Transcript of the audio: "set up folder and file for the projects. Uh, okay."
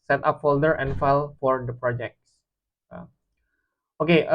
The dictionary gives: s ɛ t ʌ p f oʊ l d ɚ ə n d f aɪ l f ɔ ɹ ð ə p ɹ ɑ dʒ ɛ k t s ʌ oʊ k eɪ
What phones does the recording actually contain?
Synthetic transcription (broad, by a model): s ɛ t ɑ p f oʊ l d ɚ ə n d f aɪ l f ɔ ɹ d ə p ɹ ɑ dʒ ɛ k t s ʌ oʊ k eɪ